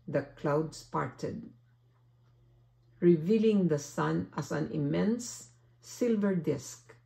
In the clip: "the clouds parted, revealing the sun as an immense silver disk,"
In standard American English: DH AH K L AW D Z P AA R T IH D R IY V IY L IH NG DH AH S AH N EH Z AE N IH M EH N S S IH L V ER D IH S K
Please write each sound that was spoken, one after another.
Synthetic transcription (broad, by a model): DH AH K L AW D S P AA R T IH D R IY V IY L IH NG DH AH S AH N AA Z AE N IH M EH N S S IH L V ER D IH S K